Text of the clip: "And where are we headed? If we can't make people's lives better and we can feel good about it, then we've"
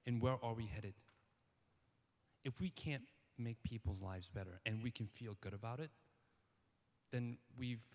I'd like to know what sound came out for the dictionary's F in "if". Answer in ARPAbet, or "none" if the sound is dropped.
F